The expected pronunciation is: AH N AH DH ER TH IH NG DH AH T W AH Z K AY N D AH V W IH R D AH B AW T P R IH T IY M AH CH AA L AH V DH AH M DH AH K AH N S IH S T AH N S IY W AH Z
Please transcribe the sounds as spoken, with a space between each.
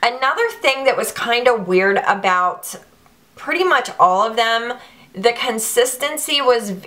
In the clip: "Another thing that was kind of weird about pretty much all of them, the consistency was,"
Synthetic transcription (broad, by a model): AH N AH DH ER TH IH NG DH AH T W AH Z K AY N D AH W IH R D AH B AW T P R IH T IY M AH CH AA L AH V DH AH M DH AH K AH N S IH S T AH N S IY W AH Z